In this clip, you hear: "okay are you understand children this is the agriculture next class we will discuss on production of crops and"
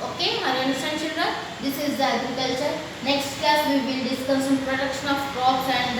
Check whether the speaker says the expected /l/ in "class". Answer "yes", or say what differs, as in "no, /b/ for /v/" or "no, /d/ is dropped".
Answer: no, /l/ is dropped